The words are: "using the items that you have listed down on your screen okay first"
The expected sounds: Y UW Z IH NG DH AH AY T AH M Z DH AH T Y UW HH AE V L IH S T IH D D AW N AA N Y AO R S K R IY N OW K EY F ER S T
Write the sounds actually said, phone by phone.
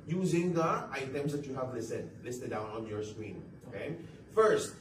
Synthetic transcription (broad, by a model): Y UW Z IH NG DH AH AY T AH M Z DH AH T Y UW HH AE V L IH S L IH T D AW N AA N Y AO R S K W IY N OW K EY F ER S T